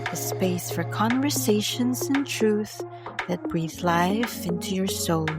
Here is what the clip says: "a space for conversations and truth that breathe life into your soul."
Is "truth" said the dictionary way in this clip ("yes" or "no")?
yes